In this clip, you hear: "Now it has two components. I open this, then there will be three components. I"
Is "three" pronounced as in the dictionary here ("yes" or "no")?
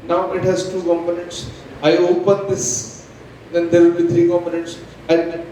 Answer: no